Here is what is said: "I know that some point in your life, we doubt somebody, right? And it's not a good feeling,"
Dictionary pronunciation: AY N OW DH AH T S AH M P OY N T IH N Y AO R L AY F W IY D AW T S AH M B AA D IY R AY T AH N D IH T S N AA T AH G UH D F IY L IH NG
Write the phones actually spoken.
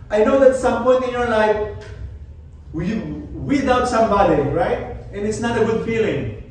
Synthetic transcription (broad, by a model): AY N OW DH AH T S AH M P OY T IH N Y AO R L AY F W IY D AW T S AH M B AA D IY R AY T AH N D IH T S N AA T AH G UH D F IY L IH NG